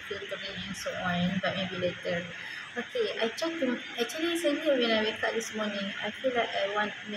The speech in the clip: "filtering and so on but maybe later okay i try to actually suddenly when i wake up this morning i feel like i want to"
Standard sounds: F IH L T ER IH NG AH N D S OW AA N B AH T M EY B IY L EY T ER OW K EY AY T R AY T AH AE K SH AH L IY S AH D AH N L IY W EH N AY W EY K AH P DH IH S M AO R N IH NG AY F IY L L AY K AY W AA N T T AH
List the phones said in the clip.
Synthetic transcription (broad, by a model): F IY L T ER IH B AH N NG S OW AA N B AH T M EY B IY L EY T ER OW K EY AY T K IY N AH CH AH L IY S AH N IY W EH N AY W EY K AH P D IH S M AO N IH NG AY F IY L L AY K AY W AA N T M